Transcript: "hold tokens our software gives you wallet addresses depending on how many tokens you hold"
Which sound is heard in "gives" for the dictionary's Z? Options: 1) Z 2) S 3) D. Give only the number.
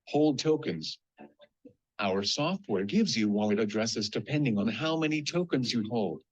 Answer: 1